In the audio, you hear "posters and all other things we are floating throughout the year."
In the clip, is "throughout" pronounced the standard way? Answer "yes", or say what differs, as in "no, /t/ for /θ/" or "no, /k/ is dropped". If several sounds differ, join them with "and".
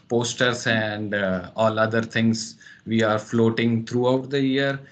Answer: no, /t/ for /θ/